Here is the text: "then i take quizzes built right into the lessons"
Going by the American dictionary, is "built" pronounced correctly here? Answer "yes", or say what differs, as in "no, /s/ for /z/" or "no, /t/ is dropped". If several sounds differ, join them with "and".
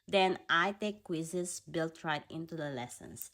yes